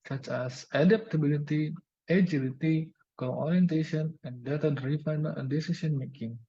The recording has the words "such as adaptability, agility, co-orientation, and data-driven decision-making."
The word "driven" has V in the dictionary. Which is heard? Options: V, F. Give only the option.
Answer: F